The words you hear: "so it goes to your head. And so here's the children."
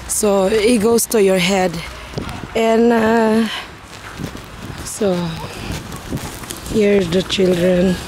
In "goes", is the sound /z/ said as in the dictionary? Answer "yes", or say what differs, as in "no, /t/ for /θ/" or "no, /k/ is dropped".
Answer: no, /s/ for /z/